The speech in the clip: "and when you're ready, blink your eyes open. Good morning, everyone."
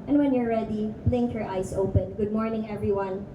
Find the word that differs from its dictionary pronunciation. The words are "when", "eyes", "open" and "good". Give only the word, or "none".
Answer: eyes